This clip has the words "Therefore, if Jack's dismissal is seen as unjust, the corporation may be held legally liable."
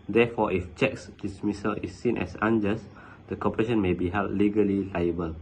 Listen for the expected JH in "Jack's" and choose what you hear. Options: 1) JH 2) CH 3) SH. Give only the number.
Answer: 2